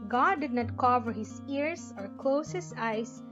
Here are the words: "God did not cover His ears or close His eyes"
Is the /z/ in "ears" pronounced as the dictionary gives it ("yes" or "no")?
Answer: no